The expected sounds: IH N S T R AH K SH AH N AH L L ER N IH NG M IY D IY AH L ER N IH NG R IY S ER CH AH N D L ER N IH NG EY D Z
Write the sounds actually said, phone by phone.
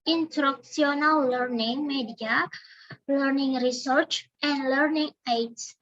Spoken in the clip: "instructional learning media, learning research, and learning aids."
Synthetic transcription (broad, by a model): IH N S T R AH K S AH N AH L L ER N IH NG M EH D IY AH L ER N IH NG R IY S ER CH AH N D L ER N IH NG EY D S